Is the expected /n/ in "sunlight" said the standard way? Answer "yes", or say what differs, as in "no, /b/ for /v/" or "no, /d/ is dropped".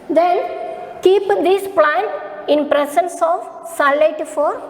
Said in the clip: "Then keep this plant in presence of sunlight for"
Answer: no, /n/ is dropped